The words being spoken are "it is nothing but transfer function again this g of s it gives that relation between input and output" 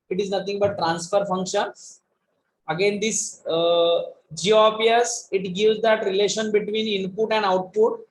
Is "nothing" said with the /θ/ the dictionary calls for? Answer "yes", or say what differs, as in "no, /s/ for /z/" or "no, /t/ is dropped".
no, /t/ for /θ/